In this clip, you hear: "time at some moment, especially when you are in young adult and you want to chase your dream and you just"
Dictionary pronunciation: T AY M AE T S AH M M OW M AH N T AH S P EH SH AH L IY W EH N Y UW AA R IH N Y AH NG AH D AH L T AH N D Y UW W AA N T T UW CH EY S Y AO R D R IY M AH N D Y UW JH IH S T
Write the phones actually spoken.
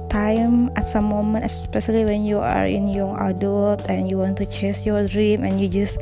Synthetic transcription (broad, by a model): T AY M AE T S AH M M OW M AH N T AH S P EH SH AH L IY W EH N Y UW AA R IH N Y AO AH D AH L T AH N Y UW W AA N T T UW CH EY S Y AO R D R IY M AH N Y UW JH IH S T